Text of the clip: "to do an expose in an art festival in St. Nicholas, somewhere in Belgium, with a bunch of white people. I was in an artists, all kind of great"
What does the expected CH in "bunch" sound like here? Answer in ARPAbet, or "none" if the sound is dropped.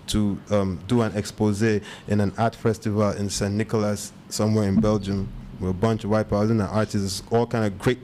CH